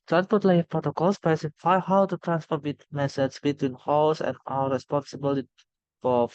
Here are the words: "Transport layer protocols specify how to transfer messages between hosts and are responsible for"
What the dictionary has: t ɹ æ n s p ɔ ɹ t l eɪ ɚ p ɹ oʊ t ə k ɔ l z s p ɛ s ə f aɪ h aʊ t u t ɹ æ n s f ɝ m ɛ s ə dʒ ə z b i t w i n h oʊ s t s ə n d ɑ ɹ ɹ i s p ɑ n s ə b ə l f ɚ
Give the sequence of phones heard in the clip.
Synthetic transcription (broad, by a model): t ɹ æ n s p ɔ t l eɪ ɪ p ɹ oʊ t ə k ɔ l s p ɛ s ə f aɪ h aʊ t u t ɹ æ n s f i m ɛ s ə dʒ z b i t w i n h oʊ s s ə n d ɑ l ɹ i s p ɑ n s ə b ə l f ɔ